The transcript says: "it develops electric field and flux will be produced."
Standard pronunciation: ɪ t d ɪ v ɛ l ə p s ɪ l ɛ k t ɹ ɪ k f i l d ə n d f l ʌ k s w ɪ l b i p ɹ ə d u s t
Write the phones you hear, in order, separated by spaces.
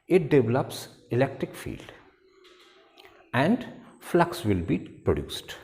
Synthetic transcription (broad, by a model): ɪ t d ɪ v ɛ l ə p s ɪ l ɛ k t ɹ ɪ k f i l d ə n d f l ʌ k s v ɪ l b i p ɹ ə d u s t